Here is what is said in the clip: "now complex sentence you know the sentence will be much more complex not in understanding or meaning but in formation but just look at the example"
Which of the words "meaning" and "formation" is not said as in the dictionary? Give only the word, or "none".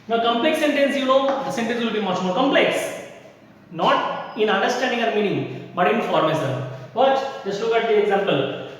formation